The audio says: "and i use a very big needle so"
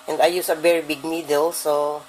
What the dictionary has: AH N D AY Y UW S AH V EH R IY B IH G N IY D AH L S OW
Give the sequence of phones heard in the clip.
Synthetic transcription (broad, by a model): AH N D AY Y UW S AH V EH R IY B IH G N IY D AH L S OW